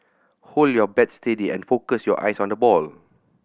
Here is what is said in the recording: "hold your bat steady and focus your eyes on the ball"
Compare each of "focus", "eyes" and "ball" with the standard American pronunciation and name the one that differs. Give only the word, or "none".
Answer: eyes